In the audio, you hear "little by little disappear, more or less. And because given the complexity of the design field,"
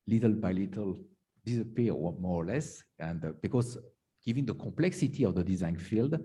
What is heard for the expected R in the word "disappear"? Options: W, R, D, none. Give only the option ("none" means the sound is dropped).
W